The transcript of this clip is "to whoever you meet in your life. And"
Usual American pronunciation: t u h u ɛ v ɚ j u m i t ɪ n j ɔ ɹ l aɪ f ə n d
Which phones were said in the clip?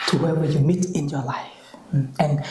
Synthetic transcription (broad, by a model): t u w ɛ w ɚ j u m i t ɪ n j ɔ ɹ l aɪ f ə n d